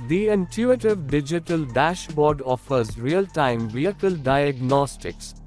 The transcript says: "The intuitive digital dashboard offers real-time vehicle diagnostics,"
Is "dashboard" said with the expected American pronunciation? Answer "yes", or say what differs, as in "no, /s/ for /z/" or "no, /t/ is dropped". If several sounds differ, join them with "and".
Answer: yes